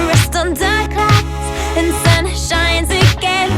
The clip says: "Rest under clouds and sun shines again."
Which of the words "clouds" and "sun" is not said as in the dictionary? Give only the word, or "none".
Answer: clouds